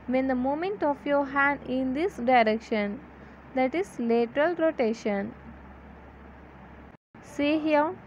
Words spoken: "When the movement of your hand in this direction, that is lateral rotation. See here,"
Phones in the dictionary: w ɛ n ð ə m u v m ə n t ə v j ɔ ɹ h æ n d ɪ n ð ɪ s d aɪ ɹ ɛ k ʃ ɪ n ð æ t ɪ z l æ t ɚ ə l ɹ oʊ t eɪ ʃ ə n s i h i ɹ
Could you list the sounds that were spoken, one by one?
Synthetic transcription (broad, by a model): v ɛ n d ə m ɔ m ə n t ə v j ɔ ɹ h æ n d ɪ n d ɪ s d aɪ ɹ ɛ k ʃ ɪ n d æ t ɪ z l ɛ t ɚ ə l ɹ oʊ t eɪ ʃ ə n s i h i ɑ